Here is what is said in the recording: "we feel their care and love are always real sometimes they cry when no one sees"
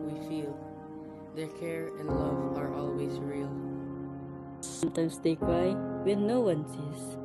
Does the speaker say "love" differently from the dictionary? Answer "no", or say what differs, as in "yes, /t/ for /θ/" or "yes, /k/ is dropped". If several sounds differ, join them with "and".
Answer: no